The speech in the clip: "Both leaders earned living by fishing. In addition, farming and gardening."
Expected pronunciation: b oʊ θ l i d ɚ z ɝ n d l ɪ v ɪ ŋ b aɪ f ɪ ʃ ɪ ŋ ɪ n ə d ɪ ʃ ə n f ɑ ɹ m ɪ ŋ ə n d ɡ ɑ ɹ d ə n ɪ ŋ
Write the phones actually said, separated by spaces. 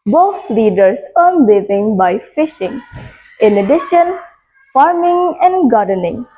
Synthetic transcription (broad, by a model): b oʊ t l i d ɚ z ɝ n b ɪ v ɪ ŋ b aɪ f ɪ ʃ ɪ ŋ ɪ n ə d ɪ ʃ ə n f ɑ ɹ m ɪ ŋ ə n d ɡ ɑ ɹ d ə n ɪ ŋ